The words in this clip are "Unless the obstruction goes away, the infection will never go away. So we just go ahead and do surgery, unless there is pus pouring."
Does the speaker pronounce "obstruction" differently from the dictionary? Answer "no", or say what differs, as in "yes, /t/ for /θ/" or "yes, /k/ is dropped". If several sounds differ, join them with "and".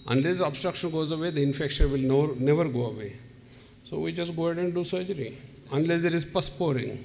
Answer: no